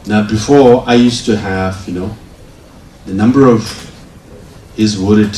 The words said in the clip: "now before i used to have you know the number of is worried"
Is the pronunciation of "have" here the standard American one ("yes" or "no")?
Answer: yes